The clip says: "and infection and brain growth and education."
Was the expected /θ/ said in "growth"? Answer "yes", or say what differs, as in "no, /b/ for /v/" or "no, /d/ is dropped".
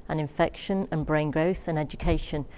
yes